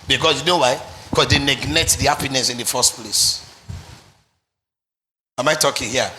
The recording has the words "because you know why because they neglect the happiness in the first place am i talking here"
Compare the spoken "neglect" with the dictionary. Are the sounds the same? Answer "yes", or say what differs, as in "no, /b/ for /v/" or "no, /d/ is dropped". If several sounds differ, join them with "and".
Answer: no, /n/ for /l/ and /k/ is dropped